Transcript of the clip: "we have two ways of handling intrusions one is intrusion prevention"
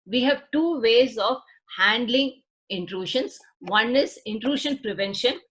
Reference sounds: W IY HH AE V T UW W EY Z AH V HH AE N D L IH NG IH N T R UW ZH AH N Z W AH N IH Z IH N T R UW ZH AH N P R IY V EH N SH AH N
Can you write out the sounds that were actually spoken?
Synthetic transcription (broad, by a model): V IY HH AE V T UW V EY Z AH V HH AE N D L IH NG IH N T R UW SH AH N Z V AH N IH Z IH N T R UW SH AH N P R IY V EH N SH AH N